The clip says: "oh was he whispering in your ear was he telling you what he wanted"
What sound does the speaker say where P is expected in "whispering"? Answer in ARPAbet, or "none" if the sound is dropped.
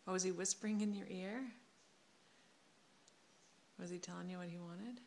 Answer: P